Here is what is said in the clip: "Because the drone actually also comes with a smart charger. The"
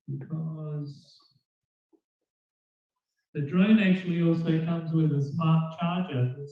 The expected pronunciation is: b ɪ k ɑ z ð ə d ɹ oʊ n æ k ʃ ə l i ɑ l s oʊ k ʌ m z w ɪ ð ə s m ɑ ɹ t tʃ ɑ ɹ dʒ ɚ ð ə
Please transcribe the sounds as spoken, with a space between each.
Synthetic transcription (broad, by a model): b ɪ k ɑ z ð ə d ɹ oʊ n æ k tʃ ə l i ɑ l s oʊ k ʌ m z w ɪ ð ə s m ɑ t tʃ ɑ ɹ dʒ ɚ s